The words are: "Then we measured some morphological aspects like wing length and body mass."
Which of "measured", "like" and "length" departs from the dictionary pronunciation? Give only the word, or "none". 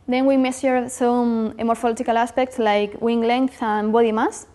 measured